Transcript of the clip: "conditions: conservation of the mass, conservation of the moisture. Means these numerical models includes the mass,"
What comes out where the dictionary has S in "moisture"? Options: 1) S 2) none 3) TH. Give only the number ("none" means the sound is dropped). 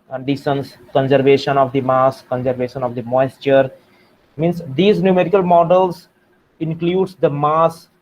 1